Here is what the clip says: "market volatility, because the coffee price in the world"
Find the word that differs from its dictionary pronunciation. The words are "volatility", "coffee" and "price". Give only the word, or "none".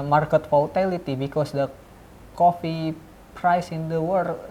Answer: volatility